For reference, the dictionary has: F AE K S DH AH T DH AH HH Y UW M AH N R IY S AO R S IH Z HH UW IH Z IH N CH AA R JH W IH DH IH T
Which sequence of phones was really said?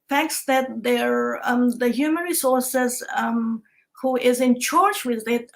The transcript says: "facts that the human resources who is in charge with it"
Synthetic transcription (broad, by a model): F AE K S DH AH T DH AH HH Y UW M AH N R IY S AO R S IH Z HH UW IH Z IH N CH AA R CH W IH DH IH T